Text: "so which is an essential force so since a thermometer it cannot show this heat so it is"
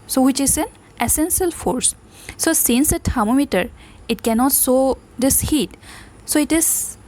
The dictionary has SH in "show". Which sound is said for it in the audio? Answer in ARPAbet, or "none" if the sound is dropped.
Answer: S